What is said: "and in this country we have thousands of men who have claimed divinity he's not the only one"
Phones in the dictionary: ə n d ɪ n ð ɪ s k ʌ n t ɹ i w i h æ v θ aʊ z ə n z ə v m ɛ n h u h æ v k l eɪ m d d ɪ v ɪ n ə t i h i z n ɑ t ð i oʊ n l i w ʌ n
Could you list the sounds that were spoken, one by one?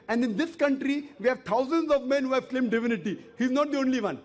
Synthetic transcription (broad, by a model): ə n d ɪ n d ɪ s k ʌ n t ɹ i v i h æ v t aʊ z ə n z ə v m ɛ n h u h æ v k l eɪ m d d ɪ v ɪ n ə t i h i z n ɑ t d i oʊ n l i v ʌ n